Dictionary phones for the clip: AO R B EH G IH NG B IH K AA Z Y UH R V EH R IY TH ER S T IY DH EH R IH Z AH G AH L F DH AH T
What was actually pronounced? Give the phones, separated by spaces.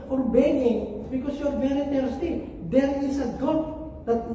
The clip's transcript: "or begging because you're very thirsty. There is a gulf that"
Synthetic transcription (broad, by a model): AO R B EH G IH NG B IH K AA S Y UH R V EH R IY T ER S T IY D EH R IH S AH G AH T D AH T